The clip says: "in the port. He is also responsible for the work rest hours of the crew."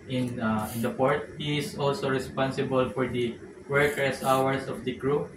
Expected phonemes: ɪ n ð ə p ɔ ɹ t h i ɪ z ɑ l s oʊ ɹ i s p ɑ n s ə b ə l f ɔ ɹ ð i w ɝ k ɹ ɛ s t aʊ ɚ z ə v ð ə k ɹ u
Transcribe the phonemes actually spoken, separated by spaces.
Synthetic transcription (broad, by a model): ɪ n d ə p ɔ ɹ t h i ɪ s ɑ l s oʊ ɹ i s p ɑ n s ə b ə l f ɔ ɹ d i w ɝ k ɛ s aʊ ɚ s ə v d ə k ɹ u